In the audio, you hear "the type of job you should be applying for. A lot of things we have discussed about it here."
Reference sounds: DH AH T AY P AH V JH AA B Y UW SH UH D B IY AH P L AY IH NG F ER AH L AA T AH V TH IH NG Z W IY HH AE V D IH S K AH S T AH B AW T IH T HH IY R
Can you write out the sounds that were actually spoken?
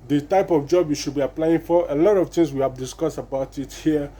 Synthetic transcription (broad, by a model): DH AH T AY P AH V JH AA B Y UW SH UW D B IY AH P L AY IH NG F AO AH L AA T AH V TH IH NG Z W IY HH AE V D IH S K AH S T AH B AW T IH T HH IY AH